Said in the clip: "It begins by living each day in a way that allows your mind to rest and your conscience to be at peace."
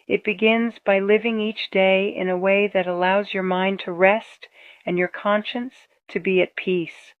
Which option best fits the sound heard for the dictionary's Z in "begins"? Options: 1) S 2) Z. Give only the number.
2